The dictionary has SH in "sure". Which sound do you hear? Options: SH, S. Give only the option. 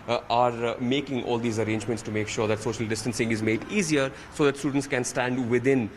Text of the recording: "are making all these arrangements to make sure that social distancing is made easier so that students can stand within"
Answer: SH